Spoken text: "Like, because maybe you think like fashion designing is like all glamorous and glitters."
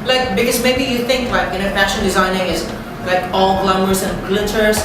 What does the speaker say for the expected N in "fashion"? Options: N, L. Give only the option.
L